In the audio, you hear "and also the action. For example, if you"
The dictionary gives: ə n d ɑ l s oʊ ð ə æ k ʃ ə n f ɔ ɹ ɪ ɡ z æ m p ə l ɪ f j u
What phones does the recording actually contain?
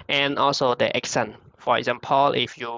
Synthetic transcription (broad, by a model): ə n ɑ l s oʊ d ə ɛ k s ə n f ɔ ɹ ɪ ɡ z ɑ m p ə l ɪ f j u